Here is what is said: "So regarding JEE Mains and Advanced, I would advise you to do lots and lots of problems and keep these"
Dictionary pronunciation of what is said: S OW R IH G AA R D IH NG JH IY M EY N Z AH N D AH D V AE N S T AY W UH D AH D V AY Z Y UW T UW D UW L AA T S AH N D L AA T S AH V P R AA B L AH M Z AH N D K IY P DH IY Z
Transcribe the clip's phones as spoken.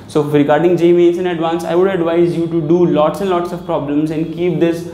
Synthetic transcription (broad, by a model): S OW R IH G AA R D IH NG JH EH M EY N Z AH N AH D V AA N S AY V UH D AH D V AY Z Y UW T UW D UW L AA T S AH N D L AA T S AH V P R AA B L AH M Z AH N D K IY P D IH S